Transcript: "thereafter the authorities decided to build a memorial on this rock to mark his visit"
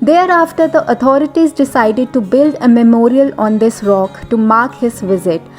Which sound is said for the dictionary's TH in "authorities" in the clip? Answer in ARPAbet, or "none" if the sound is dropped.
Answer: T